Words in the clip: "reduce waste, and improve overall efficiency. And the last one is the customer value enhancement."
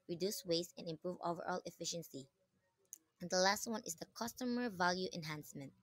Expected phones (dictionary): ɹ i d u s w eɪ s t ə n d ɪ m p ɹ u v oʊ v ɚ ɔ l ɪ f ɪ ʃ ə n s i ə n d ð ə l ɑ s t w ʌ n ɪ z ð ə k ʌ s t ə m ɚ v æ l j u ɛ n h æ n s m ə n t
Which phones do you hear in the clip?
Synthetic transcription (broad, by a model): ɹ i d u s w eɪ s ə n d ɪ m p ɹ u v oʊ v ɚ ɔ l ɪ f ɪ ʃ ə n s i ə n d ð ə l ɑ s t w ʌ n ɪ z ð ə k ʌ s t ə m ɚ v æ l j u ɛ n h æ n s m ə n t